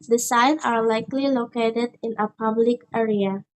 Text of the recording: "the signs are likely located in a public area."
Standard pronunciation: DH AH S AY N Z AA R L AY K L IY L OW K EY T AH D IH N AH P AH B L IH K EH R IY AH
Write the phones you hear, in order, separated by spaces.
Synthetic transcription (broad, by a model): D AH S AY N AA R L AY K L IY L OW K EY T AH D IH N AH P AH B L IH K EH R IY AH